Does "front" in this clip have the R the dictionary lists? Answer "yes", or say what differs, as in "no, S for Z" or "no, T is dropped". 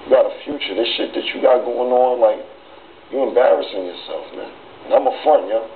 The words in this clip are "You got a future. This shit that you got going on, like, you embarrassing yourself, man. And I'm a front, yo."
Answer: no, R is dropped